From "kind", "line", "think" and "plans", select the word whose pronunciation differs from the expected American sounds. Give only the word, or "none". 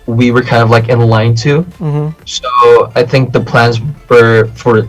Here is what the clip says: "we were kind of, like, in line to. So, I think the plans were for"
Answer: none